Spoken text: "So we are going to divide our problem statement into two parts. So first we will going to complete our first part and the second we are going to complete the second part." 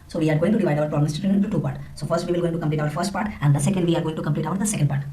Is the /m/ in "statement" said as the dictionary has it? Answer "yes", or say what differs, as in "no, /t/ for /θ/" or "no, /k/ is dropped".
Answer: no, /m/ is dropped